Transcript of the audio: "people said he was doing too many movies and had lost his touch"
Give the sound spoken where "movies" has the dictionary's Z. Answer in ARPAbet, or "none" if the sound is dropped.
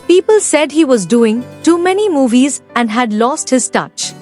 Z